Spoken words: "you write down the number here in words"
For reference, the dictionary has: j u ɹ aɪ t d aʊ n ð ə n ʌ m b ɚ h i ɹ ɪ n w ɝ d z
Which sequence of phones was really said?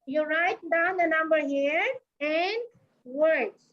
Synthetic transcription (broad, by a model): j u ɹ aɪ t d aʊ n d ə n ʌ m b ɚ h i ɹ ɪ n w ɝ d